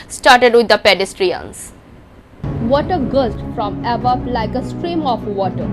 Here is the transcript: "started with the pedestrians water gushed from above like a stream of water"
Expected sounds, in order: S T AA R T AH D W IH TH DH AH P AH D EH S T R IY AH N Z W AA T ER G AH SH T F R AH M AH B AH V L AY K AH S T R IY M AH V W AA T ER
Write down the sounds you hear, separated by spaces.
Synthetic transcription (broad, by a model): S T AA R T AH D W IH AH P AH D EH S T R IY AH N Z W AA T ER G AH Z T F R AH M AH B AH P L AY K AH S T R IY M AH F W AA T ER